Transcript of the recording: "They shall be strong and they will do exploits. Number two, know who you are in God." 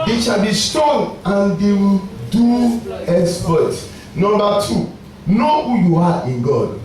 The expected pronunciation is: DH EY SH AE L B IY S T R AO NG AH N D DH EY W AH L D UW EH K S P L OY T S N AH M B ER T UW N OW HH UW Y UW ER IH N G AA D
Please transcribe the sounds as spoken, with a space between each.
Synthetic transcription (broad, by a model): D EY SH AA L B IY S T AO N AH N D EY W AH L D UW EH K S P OY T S N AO M B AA T UW N OW HH UW Y UW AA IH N G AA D